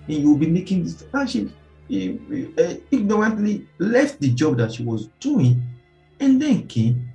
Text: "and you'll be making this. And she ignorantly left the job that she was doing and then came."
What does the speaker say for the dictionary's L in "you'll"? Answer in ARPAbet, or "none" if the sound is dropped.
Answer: W